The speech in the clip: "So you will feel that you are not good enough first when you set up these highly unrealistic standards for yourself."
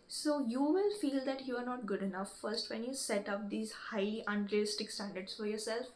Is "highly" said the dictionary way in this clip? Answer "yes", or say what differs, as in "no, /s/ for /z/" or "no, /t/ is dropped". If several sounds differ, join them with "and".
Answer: no, /l/ is dropped